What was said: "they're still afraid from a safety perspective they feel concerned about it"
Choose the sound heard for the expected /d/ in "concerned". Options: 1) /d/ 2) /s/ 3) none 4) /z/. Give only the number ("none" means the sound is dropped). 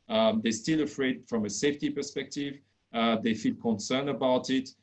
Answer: 3